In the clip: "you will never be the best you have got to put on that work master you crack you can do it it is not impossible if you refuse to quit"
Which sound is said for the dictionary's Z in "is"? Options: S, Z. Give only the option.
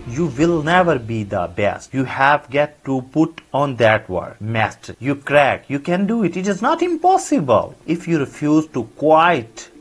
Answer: Z